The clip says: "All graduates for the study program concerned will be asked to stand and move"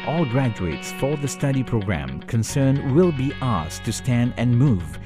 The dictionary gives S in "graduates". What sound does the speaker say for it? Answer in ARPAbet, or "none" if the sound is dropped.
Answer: S